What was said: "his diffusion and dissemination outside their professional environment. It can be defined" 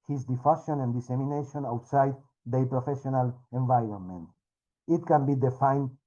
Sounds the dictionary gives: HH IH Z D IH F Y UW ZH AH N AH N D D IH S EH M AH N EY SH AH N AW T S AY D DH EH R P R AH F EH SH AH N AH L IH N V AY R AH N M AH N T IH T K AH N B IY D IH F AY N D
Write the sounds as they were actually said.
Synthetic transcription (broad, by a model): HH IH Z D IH F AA SH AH N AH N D D IH S EH M AH N EY SH AH N AW T S AY D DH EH P R AH F EH SH AH N AH L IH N V AY R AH N M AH N T IH T K AH N B IY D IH F AY N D